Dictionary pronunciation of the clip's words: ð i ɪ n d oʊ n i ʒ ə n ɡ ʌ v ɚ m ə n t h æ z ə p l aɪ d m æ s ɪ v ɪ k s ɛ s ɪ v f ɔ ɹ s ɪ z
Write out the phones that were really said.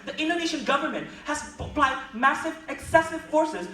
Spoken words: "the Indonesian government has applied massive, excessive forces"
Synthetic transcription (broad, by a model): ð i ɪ n d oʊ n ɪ ʃ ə n ɡ ʌ v ɚ m ə n t h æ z ə p l aɪ d m æ s ɪ v ɪ k s ɛ s ɪ v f ɔ ɹ s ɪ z